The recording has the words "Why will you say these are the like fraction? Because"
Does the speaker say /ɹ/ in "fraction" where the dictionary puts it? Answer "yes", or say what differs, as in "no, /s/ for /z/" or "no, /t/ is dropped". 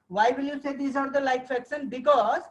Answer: no, /ɹ/ is dropped